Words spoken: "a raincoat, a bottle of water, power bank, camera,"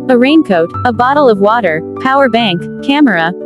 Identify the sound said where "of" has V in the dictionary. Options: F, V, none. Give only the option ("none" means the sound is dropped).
V